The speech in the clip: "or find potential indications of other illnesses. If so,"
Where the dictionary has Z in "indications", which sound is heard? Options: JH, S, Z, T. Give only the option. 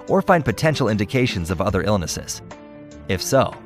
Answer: Z